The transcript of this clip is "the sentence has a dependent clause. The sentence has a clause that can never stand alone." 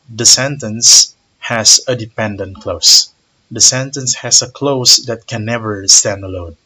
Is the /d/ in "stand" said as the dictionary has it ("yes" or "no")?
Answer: yes